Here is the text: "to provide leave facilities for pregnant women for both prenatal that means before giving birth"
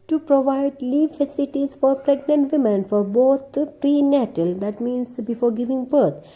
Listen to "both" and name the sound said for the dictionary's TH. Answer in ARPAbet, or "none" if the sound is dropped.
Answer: T